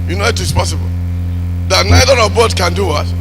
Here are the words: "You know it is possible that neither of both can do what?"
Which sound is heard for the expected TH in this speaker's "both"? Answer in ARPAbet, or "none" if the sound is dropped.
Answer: T